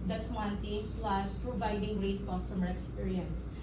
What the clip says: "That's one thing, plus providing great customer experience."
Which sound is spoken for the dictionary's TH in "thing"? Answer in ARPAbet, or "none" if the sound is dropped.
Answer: T